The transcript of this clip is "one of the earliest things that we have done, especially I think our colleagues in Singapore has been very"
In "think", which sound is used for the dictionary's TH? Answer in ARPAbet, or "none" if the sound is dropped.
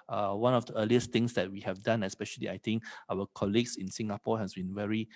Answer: T